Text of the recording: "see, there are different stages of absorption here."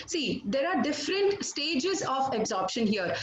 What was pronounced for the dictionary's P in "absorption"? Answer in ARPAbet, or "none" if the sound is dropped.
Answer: P